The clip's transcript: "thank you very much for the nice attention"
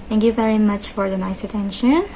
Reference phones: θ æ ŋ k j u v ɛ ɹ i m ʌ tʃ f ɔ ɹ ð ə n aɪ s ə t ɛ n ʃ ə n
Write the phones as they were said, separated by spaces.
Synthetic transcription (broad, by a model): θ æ ŋ k j u v ɛ ɹ i m ʌ tʃ f ɔ ɹ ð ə n aɪ s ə t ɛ n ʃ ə n